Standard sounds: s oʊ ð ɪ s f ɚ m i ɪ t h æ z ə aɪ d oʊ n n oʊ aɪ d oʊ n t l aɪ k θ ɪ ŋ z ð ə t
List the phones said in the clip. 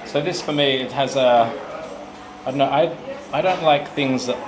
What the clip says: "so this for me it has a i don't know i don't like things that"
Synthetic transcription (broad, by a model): s oʊ ð ɪ s f ɚ m i ɪ t h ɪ z ə aɪ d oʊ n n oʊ aɪ d oʊ n t l aɪ k θ ɪ ŋ z ð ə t